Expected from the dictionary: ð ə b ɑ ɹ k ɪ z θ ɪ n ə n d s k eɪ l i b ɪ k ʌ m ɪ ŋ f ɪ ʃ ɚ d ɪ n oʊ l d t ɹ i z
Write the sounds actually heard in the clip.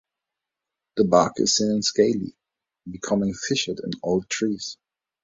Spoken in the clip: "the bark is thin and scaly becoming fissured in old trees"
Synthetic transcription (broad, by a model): ð ə b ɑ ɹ k ɪ z s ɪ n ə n s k eɪ l i b ɪ k ʌ m ɪ ŋ f ɪ ʃ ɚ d ɪ n oʊ l d t ɹ i z